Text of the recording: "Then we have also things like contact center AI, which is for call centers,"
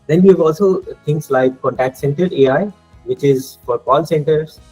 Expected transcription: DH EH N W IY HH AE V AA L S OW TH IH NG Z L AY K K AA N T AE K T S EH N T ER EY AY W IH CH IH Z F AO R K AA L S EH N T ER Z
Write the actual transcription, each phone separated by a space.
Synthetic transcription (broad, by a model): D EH N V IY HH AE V AA L S OW T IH NG S L AY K K AA N T AE K T S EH N T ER EY AY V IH CH IH Z F AO R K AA L S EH N T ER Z